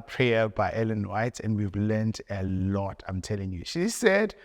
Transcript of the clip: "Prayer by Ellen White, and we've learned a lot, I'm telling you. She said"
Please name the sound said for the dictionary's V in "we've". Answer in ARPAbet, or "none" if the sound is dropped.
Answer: V